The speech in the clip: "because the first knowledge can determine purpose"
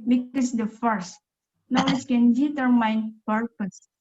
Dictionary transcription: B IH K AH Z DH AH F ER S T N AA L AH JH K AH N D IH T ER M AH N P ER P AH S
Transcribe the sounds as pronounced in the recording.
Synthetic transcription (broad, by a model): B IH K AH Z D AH F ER S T N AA W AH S K AH N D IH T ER M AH N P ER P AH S